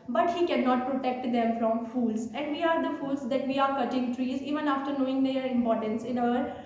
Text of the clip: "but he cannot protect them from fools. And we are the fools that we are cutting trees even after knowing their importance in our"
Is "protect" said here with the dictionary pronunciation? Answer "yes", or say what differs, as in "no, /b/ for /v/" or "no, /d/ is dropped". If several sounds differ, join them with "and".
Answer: yes